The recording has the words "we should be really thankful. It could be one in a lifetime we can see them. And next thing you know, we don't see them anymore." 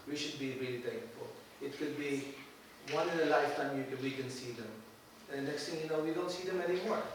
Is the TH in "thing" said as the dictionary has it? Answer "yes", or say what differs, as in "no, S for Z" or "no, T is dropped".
no, T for TH